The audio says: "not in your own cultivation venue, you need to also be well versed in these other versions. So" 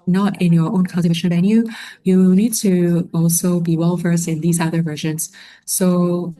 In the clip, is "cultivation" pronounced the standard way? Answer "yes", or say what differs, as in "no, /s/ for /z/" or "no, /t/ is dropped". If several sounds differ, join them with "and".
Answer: no, /l/ is dropped